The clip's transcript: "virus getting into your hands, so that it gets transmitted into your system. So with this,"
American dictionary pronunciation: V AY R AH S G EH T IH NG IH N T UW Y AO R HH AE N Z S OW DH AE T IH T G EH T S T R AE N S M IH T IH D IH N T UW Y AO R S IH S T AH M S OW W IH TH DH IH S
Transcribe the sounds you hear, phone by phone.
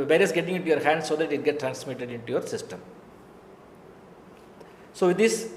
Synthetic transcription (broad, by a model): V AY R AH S G EH T IH NG IH N T UW Y AO R HH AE N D S OW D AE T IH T G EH T T R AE N S M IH T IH D IH N T UW Y AO R S IH S T AH M S OW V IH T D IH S